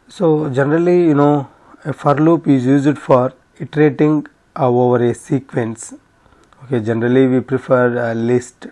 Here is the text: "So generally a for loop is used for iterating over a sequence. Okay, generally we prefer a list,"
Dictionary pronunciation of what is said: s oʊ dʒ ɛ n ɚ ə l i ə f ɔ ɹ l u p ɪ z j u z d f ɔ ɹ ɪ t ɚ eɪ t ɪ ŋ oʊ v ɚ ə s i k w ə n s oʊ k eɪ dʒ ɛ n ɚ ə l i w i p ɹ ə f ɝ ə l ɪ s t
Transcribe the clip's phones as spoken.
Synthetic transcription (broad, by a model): s oʊ dʒ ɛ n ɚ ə l i ə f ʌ ɹ l u p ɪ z j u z d f ɔ ɹ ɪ t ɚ eɪ t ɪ ŋ oʊ v ɚ ə s i k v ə n s oʊ k eɪ dʒ ɛ n ɚ ə l i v i p ɹ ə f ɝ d l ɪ s t